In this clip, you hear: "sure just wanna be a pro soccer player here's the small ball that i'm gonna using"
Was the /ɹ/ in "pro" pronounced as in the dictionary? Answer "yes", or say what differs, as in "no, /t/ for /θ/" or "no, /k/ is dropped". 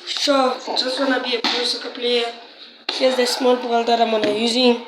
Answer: no, /ɹ/ is dropped